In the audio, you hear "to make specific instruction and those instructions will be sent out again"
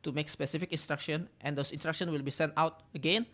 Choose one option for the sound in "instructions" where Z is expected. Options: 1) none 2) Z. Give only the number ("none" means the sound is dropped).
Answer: 1